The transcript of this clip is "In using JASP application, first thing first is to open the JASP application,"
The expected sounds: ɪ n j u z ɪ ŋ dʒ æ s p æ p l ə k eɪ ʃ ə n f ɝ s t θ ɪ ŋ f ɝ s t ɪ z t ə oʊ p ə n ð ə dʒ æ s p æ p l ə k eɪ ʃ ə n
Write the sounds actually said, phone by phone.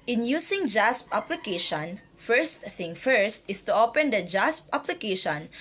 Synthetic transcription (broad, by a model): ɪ n j u s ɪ ŋ dʒ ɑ s p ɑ p l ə k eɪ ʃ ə n f ɝ s t θ ɪ ŋ f ɝ s t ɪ s t ə oʊ p ə n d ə dʒ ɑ s p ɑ p l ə k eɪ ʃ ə n